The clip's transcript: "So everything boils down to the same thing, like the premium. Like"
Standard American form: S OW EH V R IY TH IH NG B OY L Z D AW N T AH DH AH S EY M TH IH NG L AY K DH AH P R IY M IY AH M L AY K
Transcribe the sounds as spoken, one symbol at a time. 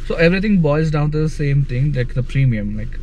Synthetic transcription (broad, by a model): S OW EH V R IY T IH NG B OY Z D AW N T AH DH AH S EY M T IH NG L AY K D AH P R IY M IY AH M L AY K